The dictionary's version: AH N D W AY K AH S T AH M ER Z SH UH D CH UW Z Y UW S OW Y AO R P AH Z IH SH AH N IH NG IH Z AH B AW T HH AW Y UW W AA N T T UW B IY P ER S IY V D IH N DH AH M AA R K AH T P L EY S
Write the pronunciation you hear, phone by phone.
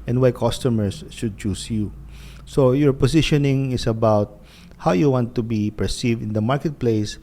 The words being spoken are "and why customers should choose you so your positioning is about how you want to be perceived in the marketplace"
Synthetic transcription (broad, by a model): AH N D W AY K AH S T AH M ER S SH UH D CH UW S Y UW S OW Y AO R P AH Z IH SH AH N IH NG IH S AH B AW T HH AW Y UW W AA N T T UW B IY P ER S IY V D IH N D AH M AA R K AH T P L EY S